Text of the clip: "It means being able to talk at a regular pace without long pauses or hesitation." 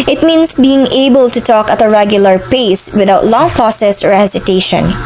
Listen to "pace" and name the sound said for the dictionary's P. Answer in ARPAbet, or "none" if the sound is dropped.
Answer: P